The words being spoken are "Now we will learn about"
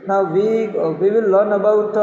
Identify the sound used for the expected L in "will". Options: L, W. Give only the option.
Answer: W